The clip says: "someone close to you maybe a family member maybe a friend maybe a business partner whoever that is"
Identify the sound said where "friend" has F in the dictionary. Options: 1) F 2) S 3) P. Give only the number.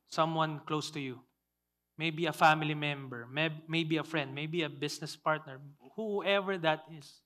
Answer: 1